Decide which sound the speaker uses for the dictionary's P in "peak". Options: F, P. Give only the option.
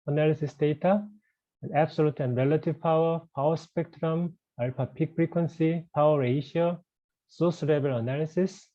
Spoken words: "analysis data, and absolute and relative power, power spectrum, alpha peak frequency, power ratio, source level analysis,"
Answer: P